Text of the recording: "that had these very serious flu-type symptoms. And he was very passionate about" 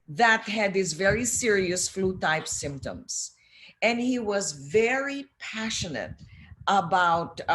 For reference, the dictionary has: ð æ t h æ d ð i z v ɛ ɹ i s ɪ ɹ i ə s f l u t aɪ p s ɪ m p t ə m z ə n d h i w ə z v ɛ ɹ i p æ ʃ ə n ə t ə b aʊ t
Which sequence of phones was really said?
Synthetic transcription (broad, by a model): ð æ t h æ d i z v ɛ ɹ i s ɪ ɹ i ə s f l u t aɪ p s ɪ m p t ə m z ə n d h i w ə z v ɛ ɹ i p æ ʃ ə n ə t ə b aʊ t